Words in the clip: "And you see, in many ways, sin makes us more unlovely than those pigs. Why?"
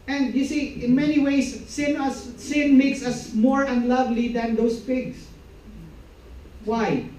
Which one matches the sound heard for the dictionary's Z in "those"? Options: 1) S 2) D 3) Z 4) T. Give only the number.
1